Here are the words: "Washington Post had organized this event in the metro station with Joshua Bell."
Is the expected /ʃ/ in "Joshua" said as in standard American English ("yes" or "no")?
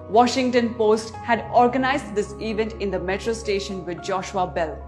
yes